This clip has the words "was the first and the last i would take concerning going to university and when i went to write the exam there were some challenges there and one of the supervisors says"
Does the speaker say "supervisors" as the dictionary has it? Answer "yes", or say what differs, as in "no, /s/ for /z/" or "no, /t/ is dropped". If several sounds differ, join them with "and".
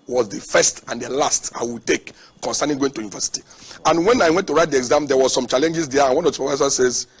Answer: no, /f/ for /v/ and /s/ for /z/